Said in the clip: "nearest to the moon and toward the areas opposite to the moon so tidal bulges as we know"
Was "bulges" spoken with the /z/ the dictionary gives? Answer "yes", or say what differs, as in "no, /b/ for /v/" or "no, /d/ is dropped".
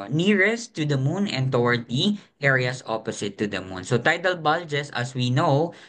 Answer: no, /s/ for /z/